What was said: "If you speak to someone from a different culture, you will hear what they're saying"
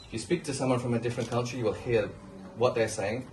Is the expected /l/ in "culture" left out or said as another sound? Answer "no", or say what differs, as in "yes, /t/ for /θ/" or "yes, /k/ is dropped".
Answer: yes, /n/ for /l/